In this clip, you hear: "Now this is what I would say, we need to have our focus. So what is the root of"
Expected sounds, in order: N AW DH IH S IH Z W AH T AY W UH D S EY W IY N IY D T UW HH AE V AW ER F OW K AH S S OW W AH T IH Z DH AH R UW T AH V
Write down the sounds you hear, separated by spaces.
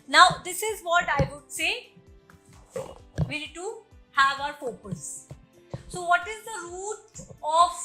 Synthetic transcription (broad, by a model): N AW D IH S IH Z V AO T AY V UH D S EY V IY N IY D T UW HH AE V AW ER P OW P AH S S OW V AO T IH Z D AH R UW T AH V